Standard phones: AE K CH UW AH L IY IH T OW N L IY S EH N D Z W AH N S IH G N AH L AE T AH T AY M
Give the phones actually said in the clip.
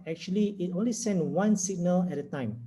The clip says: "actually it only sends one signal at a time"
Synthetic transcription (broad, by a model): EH K CH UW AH L IY IH T OW N L IY S EH N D W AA N S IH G N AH L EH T AH T AY M